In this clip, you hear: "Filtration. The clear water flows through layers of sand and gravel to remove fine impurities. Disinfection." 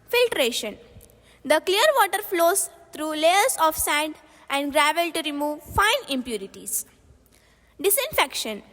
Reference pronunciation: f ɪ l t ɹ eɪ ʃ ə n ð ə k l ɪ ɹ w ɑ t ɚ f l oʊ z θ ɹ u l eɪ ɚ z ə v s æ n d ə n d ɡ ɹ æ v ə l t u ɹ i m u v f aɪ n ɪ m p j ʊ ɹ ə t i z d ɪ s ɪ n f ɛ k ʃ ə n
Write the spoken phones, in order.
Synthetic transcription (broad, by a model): f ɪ l t ɹ eɪ ʃ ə n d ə k l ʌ ɹ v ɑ t ɚ f l oʊ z t ɹ u l eɪ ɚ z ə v s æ n d ə n d ɡ ɹ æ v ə l t u ɹ i m u v f aɪ n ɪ m p j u ɹ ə t i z d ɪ s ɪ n f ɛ k ʃ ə n